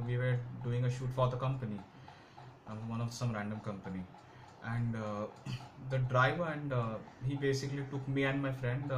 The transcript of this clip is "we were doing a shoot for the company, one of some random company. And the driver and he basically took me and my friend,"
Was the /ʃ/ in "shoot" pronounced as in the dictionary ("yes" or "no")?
yes